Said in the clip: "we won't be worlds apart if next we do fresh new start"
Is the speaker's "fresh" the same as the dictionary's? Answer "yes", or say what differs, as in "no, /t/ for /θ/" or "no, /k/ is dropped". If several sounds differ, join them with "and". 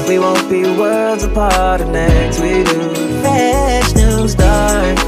no, /ɹ/ is dropped